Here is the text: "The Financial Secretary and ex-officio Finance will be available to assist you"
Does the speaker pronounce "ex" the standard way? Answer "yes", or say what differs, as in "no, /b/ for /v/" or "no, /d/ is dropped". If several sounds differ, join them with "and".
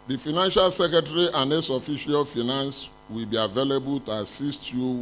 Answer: no, /k/ is dropped